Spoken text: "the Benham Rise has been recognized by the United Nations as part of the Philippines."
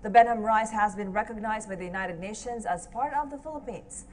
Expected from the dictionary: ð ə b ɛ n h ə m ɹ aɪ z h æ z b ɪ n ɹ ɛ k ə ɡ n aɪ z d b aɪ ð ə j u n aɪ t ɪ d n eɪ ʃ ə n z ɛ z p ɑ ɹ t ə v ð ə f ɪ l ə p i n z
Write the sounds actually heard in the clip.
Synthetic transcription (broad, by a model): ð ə b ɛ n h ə m ɹ aɪ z h æ z b ɪ n ɹ ɛ k ə ɡ n aɪ z d b aɪ ð ə j u n aɪ t ɪ d n eɪ ʃ ə n z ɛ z p ɑ ɹ t ə v ð ə f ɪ l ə p i n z